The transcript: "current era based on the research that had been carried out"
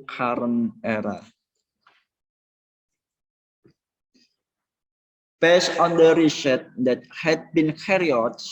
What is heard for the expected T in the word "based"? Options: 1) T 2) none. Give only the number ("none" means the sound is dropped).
2